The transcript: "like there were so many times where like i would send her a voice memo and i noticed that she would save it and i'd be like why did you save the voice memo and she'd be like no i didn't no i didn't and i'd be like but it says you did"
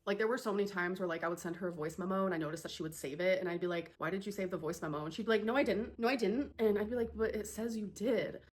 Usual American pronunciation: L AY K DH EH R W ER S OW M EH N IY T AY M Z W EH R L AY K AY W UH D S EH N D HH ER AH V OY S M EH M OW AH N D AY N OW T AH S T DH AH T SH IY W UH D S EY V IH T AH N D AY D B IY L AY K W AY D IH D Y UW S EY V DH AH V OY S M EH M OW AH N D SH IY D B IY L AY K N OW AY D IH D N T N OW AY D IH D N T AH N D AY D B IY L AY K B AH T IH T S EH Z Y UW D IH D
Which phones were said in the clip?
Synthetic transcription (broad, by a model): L AY K DH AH R W ER S OW M EH N IY T AY M Z W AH R L AY K AY W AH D S EH N D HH ER AH V OY S M EH M OW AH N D AY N OW T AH S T DH AH T SH IY W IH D S EY V IH T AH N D AY D B IY L AY K W AY D IH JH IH S EY V DH AH V OY S M EH M OW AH N SH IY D B IY L AY K N OW AY D IH D N T N OW AY D IH D N T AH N AY D B IY L AY K B AH T IH T S EH Z Y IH D IH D